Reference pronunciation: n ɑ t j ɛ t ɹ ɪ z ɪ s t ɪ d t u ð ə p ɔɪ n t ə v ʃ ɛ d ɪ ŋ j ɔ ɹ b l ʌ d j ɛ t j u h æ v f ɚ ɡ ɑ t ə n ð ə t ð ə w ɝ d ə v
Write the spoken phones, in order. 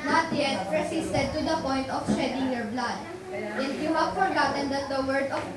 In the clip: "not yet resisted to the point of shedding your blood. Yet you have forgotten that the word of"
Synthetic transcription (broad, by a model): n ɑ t j ɛ t ɹ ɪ s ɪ s t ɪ d t u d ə p ɔɪ n t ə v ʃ ɛ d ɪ ŋ j ɔ ɹ b l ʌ d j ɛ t j u h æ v f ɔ ɡ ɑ t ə n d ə t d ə w ɝ d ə